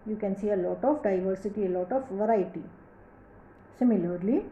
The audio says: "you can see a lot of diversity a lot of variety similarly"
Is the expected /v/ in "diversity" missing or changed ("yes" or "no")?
no